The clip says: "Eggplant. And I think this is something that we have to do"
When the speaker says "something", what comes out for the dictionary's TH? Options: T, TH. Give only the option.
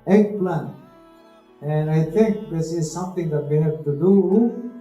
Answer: T